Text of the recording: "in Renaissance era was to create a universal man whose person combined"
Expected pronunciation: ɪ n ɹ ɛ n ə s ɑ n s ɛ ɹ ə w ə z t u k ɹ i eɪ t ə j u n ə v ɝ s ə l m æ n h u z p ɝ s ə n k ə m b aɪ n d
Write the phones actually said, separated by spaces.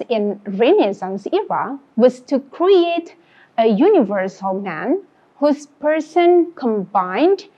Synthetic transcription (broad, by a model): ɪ n ɹ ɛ n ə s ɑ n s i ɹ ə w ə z t u k ɹ i eɪ t ə j u n ə v ɝ s ə l m æ n h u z p ɝ s ə n k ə m b aɪ n d